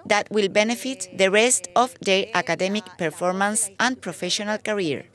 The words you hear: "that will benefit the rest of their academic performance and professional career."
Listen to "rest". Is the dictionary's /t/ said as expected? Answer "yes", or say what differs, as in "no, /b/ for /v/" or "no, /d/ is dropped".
yes